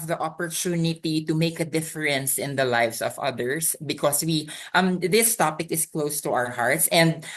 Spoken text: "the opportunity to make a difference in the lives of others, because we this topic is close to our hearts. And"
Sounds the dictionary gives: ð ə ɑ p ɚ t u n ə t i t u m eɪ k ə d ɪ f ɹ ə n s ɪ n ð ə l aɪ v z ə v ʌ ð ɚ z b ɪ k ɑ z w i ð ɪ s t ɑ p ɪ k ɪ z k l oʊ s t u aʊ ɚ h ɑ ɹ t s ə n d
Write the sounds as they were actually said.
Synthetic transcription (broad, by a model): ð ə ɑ p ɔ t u n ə t i t u m eɪ k ə d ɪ f ɹ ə n s ɪ n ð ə l aɪ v s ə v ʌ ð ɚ s b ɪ k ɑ s w i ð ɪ s t ɑ p ɪ k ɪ s k l oʊ s t u aʊ ɚ h ɑ ɹ t s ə n d